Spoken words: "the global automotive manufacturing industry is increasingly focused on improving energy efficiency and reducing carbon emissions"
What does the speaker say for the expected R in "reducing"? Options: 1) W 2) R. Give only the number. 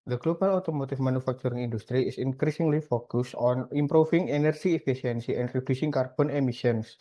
2